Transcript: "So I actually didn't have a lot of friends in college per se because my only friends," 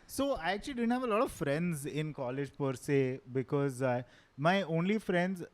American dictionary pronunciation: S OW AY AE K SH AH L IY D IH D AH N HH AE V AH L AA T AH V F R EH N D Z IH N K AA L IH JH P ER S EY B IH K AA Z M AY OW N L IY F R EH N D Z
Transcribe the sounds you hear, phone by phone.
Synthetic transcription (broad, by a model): S OW AY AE K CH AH L IY D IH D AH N HH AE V AH L AA T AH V F R EH N D Z IH N K AA L IH JH P ER S EY B IH K AA Z M AY OW N L IY F R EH N D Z